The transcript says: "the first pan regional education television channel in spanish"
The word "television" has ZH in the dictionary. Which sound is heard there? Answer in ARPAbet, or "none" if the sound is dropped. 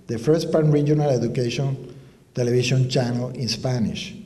SH